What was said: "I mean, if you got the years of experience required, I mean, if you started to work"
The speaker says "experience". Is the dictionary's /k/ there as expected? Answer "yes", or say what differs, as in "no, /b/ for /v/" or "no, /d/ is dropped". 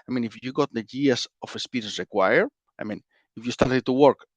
no, /k/ is dropped